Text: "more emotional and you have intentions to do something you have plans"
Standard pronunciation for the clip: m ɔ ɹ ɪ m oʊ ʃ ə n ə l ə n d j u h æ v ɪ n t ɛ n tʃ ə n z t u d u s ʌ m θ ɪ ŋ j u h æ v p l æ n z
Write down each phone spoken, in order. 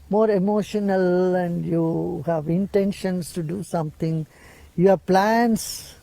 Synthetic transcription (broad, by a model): m ɔ ɹ ɪ m oʊ ʃ ə n ə l ə n d j u h æ v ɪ n t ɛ n ʃ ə n s t u d u s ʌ m t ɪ ŋ j u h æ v p l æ n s